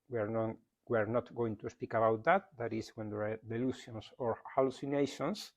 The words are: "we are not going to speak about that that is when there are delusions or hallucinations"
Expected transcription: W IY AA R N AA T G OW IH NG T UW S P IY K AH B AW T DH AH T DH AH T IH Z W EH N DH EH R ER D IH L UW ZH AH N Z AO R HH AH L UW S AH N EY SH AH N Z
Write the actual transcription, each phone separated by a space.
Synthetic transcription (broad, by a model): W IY AA R N AA T G OW IH NG T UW S P IY K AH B AW T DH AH T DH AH T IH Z W EH N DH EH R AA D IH L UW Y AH N S AO R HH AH L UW S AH N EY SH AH N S